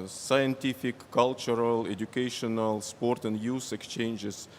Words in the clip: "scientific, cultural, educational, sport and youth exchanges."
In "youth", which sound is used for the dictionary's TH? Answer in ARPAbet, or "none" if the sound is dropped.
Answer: S